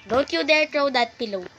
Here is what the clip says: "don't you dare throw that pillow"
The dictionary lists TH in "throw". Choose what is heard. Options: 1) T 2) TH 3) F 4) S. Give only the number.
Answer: 1